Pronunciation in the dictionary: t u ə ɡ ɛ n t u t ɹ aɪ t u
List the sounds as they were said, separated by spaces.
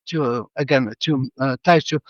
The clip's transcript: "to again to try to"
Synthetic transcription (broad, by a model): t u ə ɡ ɛ n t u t aɪ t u